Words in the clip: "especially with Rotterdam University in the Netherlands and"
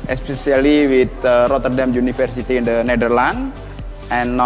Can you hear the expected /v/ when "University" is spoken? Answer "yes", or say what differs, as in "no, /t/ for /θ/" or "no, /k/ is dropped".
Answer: no, /f/ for /v/